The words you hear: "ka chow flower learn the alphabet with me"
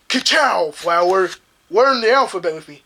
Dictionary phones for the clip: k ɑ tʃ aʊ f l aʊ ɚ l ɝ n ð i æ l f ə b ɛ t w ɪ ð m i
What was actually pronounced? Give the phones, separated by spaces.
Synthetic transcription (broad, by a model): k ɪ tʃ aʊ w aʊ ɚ w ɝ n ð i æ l f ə b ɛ t w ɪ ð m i